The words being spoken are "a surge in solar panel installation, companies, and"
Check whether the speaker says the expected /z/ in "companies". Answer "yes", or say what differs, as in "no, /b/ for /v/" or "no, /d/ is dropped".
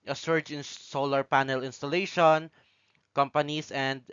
no, /s/ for /z/